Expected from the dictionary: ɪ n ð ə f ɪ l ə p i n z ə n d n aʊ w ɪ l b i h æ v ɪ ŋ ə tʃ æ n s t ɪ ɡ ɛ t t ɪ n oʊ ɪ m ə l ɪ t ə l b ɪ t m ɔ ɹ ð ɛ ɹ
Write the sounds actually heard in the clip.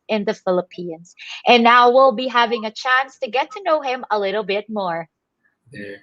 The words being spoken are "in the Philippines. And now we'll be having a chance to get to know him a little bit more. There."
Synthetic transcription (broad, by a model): ɪ n ð ə f ɪ l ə p i n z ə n n aʊ w ɪ l b i h æ v ɪ ŋ ə tʃ æ n s t ɪ ɡ ɛ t t ɪ n oʊ ɪ m ə l ɪ t l b ɪ t m ɔ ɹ ɹ